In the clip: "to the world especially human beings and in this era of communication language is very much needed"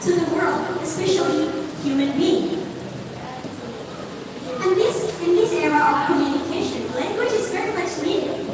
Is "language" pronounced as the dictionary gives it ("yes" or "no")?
no